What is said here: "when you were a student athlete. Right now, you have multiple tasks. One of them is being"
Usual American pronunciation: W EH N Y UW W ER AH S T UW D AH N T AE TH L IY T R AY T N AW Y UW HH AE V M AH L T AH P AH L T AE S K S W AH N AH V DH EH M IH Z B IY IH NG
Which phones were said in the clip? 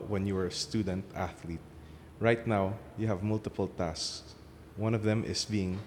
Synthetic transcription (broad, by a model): W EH N Y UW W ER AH S T UW D AH N T AE TH L IY T R AY T N AW Y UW HH AE V M AH L T AH P AH L T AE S S W AH N AH V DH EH M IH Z B IY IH NG